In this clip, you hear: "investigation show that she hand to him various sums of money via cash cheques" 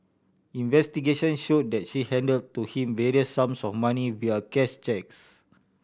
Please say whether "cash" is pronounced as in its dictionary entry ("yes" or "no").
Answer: no